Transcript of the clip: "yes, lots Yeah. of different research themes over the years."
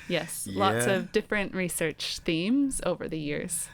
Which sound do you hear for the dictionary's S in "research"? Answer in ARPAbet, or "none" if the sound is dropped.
S